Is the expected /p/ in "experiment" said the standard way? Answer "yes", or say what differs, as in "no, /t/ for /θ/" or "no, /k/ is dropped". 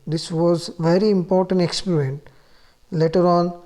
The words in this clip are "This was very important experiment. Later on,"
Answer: yes